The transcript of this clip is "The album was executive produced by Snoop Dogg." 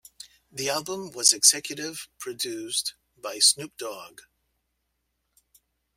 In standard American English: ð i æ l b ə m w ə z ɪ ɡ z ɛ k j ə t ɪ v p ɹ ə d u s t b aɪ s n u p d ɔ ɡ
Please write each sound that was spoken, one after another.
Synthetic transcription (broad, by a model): ð i æ l b ə m w ə z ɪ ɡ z ɛ k j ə t ɪ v p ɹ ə d u s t b aɪ s n u p d ɔ ɡ